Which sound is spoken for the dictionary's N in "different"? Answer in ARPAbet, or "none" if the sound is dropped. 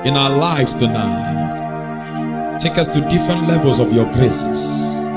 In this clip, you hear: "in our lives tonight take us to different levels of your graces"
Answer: N